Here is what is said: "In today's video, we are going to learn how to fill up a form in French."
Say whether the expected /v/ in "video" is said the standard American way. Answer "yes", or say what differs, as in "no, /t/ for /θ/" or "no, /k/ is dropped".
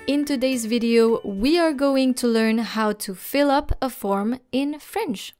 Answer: yes